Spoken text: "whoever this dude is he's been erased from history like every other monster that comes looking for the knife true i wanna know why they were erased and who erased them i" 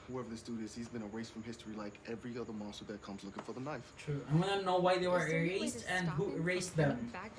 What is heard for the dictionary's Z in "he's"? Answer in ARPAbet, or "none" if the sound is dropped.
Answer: Z